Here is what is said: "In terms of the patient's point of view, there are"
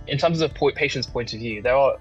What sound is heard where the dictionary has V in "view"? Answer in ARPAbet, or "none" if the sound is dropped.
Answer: V